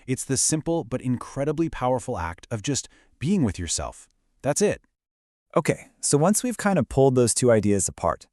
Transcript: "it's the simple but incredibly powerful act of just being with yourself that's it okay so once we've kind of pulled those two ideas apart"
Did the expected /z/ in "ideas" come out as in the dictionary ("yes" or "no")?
yes